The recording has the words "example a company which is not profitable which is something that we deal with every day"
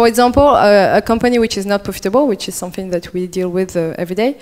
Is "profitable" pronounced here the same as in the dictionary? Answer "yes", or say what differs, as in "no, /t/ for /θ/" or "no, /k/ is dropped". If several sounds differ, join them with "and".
yes